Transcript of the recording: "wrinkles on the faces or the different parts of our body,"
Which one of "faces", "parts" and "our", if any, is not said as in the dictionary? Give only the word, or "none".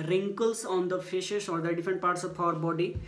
faces